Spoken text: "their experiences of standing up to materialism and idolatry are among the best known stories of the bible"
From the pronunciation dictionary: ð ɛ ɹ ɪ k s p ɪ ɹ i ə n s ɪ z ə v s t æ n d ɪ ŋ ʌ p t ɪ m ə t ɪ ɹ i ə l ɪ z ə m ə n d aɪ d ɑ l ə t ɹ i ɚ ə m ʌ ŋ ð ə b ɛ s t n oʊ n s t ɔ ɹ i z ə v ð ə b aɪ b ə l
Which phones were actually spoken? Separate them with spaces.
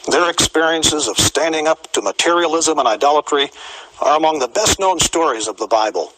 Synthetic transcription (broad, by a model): ð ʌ ɹ ɪ k s p ɪ ɹ i ə n s ɪ z ə v s t æ n d ɪ ŋ ʌ p t ɪ m ə t ɪ ɹ i ə l ɪ z ə m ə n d aɪ d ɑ l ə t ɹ i ɚ ə m ʌ ŋ ð ə b ɛ s t n oʊ n s t ɔ ɹ i z ə v ð ə b aɪ b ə l